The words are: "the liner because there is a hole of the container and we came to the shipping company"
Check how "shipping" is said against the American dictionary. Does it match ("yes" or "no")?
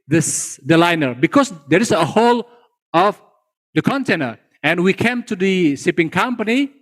no